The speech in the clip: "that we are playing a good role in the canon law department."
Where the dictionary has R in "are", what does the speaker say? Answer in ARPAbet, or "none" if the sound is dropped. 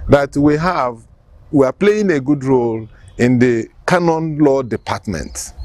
W